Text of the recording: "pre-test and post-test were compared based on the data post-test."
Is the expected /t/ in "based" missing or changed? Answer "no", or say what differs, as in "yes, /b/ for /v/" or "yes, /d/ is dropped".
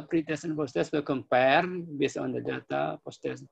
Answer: yes, /t/ is dropped